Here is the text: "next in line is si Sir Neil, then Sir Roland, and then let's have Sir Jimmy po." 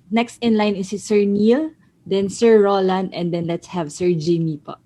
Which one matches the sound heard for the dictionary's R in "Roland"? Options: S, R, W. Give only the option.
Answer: R